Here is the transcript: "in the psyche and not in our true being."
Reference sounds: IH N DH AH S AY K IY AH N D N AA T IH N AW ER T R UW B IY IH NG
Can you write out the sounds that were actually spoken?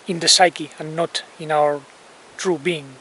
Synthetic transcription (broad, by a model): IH N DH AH S AY K IY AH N N AA T IH N AW ER T R UW B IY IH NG